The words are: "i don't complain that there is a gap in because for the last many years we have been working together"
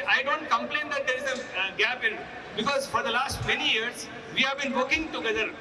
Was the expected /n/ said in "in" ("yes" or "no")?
no